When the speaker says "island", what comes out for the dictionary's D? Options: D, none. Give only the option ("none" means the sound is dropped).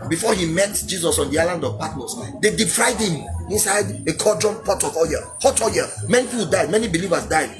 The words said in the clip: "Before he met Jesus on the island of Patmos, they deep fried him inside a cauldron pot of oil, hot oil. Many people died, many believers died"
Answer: D